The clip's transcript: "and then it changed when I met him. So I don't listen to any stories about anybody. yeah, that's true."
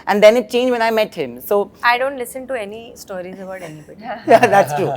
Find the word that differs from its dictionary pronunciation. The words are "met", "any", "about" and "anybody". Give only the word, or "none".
anybody